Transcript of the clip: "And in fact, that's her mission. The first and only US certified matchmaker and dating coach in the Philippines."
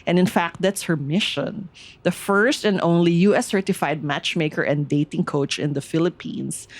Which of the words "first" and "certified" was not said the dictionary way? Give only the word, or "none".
none